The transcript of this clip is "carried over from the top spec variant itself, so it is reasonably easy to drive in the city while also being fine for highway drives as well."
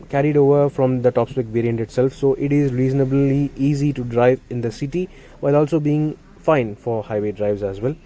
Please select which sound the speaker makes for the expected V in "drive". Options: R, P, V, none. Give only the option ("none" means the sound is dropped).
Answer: V